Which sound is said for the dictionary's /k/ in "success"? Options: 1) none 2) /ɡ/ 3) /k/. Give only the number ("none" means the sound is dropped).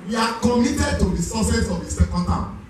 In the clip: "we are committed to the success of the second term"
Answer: 1